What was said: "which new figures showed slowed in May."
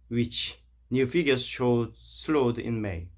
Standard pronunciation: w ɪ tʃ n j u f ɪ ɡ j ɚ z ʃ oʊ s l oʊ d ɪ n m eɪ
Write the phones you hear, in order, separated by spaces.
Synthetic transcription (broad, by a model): w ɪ tʃ n j u f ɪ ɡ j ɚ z ʃ oʊ s l oʊ d ɪ n m eɪ